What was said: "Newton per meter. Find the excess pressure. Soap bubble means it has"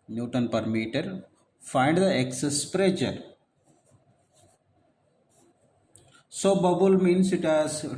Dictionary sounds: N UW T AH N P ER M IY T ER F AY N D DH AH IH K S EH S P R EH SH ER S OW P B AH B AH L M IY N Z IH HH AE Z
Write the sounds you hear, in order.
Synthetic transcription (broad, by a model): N UW T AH N P ER M IY T ER F AY N D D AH IH K S EH S P R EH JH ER S OW B AH B AH L M IY N S IH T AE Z